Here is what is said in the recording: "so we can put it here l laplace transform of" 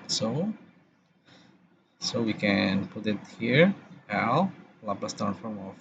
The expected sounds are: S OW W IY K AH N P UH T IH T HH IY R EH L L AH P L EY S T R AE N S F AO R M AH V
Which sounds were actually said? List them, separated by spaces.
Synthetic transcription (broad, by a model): S OW W IY K AH N P UH T IH T HH IY R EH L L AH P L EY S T AE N F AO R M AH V